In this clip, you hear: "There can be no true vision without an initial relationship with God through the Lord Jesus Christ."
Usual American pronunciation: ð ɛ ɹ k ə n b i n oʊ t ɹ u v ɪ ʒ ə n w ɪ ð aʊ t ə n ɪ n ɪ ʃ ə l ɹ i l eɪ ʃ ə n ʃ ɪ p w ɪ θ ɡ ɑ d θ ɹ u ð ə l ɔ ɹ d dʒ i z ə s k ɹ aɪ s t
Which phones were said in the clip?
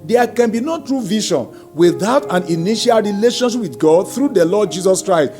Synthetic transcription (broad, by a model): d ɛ k ə n b i n oʊ t ɹ u v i ʃ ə n w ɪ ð aʊ t ə n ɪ n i ʃ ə l ɹ i l eɪ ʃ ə n ʃ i p w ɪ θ ɡ ɑ d θ ɹ u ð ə l ɔ d dʒ i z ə s k ɹ aɪ s t